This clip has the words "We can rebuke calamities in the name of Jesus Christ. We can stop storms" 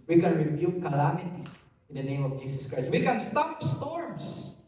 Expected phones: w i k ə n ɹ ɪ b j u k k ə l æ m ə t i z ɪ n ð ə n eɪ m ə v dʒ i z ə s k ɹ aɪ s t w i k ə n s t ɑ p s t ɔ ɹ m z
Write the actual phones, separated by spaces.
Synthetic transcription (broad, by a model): w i k ə n ɹ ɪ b j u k k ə l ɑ m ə t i s ɪ n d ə n eɪ m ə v dʒ i s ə s k ɹ aɪ s t w i k ə n s t ɑ p s t ɔ ɹ m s